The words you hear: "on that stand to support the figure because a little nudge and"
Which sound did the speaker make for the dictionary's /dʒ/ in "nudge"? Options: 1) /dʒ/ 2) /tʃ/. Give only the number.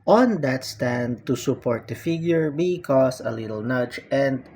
2